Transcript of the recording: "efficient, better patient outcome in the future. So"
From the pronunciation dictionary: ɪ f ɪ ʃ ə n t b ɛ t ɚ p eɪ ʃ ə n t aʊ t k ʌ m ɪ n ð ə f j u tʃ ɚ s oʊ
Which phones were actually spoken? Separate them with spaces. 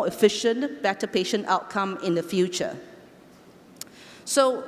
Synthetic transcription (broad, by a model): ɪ f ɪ ʃ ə n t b ɛ t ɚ p eɪ ʃ ə n t aʊ t k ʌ m ɪ n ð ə f j u tʃ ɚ s oʊ